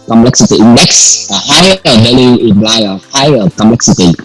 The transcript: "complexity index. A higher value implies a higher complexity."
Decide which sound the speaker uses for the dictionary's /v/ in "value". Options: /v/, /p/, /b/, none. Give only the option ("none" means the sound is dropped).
/b/